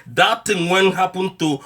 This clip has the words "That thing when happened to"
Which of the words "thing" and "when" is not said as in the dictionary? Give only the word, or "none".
thing